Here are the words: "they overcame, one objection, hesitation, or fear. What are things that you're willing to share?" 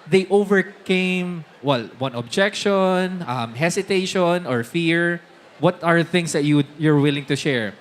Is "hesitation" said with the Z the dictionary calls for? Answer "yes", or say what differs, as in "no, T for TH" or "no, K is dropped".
no, S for Z